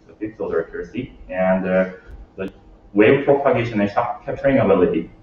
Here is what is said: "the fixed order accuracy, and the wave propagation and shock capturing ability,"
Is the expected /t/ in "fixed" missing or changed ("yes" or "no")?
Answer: yes